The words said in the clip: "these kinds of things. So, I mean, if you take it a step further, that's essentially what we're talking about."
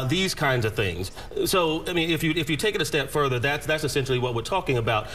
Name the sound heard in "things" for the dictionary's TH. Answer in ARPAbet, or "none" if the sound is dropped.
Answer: TH